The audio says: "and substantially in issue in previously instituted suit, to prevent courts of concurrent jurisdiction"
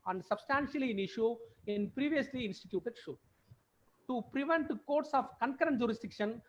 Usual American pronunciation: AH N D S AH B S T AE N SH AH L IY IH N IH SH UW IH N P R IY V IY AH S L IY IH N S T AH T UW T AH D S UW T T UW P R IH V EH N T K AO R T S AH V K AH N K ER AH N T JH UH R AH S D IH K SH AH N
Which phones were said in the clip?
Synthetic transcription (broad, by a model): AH N D S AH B S T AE N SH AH L IY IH N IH SH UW IH N P R IY V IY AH S L IY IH N S T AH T UW T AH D SH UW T T UW P R IH V EH N T K AO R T S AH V K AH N K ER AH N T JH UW R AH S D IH K SH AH N